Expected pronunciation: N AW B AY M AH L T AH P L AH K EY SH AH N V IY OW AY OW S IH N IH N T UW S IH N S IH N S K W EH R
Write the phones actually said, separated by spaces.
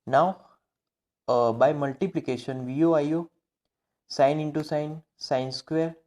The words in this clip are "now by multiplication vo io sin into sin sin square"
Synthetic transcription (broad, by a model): N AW B AY M AH L T AH P L AH K EY SH AH N V IY OW AY OW S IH N IH N T UW S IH N S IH N S K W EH R